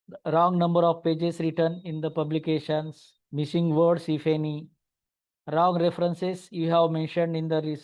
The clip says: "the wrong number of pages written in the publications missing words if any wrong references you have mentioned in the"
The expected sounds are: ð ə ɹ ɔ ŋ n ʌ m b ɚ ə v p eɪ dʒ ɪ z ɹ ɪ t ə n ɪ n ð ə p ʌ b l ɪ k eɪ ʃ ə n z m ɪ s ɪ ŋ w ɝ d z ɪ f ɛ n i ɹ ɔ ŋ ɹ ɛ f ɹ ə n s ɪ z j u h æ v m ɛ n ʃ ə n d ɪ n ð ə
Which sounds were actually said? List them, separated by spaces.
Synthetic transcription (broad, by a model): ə ɹ ɔ ŋ n ʌ m b ɚ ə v p eɪ dʒ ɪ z ɹ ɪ t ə n ɪ n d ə p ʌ b l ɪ k eɪ ʃ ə n s m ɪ s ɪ ŋ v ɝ d s ɪ f ɛ n i ɹ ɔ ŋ ɹ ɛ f ɹ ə n s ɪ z j u h æ v m ɛ n ʃ ə n d ɪ n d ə